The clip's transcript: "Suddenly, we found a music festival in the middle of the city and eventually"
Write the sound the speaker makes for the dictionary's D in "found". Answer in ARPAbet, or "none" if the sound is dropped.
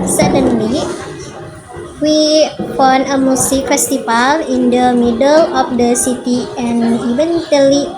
none